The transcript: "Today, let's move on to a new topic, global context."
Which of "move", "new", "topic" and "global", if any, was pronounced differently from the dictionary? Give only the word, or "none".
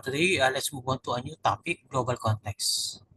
move